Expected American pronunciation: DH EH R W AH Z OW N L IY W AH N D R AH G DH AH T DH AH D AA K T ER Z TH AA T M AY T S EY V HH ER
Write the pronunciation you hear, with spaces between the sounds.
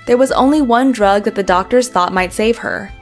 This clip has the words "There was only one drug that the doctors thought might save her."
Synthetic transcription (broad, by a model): DH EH R W AH Z OW N L IY W AH N D R AH G DH AH T DH AH D AA K T ER Z TH AA T M AY T S EY V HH ER